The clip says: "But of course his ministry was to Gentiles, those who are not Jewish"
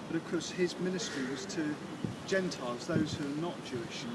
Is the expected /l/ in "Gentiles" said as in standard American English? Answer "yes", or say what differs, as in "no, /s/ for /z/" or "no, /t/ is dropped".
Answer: yes